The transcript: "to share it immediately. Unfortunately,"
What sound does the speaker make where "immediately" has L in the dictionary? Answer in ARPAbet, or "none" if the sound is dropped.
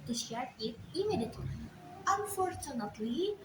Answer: none